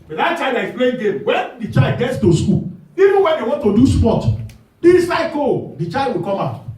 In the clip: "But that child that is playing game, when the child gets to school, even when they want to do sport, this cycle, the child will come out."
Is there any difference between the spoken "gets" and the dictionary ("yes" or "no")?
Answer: no